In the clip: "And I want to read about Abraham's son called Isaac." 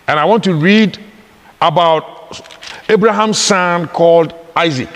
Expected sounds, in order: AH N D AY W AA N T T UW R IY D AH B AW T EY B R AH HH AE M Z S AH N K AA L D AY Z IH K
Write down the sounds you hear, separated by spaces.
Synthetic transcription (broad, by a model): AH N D AY W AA N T T UW R IY D AH B AW T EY B R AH HH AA M S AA N K AA L D AY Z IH K